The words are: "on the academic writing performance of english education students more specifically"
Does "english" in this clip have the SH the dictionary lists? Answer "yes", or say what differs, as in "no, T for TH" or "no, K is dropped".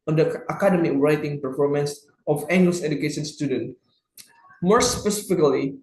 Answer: no, S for SH